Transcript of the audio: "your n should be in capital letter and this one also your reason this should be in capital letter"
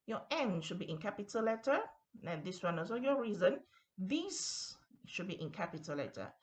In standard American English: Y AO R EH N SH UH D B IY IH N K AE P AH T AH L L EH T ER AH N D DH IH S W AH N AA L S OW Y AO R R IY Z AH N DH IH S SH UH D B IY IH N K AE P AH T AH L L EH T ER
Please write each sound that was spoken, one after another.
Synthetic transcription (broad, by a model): Y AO EH N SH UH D B IY IH N K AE P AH T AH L L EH T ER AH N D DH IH S W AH N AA S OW Y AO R R IY Z AH N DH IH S SH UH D B IY IH N K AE P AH T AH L L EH T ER